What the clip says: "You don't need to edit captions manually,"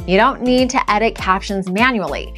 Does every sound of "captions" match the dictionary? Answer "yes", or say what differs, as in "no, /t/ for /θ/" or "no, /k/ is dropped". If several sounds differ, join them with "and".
yes